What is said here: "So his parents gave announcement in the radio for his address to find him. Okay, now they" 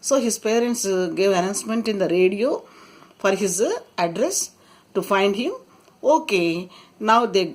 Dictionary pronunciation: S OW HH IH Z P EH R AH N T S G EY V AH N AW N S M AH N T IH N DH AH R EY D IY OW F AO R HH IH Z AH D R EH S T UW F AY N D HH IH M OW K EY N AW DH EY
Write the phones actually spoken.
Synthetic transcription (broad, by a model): S OW HH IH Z P EH R AH N T S G EY V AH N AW N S M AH N T IH N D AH R EY D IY OW F AO R HH IH Z AH D R EH S T UW F AY N D HH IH M OW K EY N AW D EY